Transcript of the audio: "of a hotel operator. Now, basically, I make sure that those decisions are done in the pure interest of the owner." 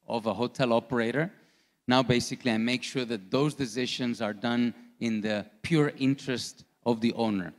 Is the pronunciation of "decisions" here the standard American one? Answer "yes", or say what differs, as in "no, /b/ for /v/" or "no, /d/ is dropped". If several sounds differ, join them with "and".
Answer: no, /ʃ/ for /ʒ/